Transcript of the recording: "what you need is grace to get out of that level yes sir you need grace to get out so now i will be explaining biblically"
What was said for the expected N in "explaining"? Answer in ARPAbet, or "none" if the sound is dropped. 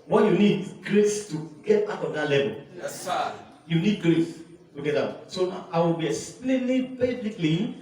L